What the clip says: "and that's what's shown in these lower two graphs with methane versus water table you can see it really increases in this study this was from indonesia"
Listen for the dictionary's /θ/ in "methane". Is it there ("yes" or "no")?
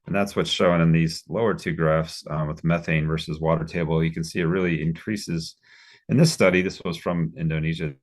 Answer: yes